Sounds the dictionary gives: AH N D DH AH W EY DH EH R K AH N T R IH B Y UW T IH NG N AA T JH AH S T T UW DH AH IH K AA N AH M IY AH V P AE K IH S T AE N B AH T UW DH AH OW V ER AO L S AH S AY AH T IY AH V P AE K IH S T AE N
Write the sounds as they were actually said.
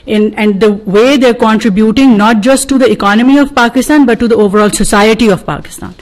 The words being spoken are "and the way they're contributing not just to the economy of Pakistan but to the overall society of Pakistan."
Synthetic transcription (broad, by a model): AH N D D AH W EY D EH R K AH N T R IH B Y UW T IH NG N AA T JH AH S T T UW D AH IH K AA N AH M IY AH V P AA K IH S T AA N B AH T UW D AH OW V ER AO L S AH S AY AH T IY AH V P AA K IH S T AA N